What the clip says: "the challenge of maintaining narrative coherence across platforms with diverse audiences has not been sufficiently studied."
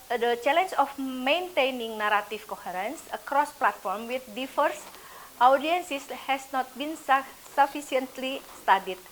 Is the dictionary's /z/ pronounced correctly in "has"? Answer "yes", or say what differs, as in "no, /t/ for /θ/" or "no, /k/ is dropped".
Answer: no, /s/ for /z/